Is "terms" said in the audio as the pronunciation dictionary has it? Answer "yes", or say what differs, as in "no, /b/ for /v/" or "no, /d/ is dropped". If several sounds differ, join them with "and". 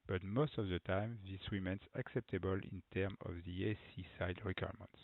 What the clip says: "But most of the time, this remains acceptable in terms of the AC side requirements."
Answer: no, /z/ is dropped